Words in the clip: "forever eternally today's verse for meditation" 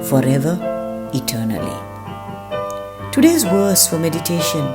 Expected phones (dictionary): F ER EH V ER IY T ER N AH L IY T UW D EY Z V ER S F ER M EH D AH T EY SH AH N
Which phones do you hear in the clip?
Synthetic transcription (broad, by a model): F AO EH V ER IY T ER N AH L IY T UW D EY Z W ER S F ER M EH D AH T EY SH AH N